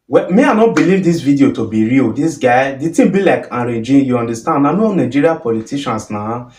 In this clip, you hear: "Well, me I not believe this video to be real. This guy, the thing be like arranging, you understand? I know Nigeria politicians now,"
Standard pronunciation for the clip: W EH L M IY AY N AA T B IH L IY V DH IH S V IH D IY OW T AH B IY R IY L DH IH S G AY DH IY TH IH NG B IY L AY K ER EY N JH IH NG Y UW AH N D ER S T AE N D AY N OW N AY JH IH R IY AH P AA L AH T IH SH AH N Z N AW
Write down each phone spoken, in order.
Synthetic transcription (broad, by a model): W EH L M IY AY N AA T B IH L IY V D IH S V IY D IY OW T AH B IY R IY L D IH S G AY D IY T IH B IY L AY K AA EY JH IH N Y UW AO N D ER S T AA N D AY N OW N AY JH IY R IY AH P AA L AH T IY SH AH N S N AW